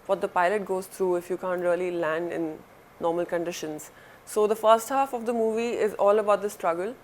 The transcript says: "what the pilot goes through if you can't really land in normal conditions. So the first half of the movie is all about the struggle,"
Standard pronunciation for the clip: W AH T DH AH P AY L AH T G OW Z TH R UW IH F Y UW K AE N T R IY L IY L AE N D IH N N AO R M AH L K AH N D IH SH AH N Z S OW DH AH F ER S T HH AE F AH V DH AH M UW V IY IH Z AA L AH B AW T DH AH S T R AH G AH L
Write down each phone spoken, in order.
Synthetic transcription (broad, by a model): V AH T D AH P AY L AH T G OW Z T R UW IH F Y UW K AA N T R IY L IY L AE N D IH N N AO R M AH L K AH N D IH SH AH N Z S OW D AH F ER S T HH AE F AH V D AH M UW V IY IH Z AA L AH B AW T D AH S T R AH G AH L